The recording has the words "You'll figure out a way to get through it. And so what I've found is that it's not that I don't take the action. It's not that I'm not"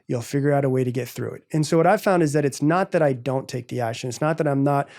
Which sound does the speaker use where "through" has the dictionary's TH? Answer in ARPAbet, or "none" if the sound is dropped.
TH